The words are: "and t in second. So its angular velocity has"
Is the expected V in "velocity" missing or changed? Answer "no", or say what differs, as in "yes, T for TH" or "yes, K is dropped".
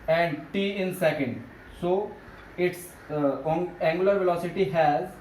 no